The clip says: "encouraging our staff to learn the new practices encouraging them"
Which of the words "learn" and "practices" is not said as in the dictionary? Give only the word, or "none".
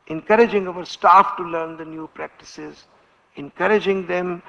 none